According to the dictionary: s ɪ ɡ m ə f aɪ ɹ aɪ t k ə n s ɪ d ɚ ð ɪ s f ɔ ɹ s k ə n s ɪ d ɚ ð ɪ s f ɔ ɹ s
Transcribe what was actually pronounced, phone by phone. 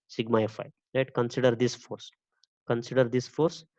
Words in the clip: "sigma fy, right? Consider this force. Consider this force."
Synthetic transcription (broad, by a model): s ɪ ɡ m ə f aɪ l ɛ t k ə n s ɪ d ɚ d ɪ s f ɔ ɹ s k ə n s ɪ d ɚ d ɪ s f ɔ ɹ s